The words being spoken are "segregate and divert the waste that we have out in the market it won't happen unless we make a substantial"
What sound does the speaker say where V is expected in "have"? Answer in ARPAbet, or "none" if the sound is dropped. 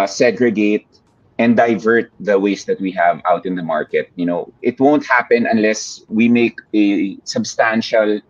V